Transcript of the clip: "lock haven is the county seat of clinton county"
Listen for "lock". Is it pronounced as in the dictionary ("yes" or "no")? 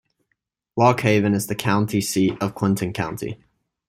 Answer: no